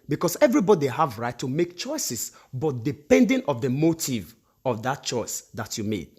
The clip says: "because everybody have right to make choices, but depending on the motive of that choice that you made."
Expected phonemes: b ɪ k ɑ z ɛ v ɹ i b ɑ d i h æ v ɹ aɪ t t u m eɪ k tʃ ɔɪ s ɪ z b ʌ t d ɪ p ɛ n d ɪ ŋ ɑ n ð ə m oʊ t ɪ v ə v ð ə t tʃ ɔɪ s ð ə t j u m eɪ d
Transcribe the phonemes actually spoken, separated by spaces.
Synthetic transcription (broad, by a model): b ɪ k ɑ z ɛ v ɹ i b ɑ d i h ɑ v ɹ aɪ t t u m eɪ k tʃ ɔɪ s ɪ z b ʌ t d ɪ p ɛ n d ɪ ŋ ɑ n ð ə m oʊ t ɪ v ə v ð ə t tʃ ɔɪ s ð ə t j u m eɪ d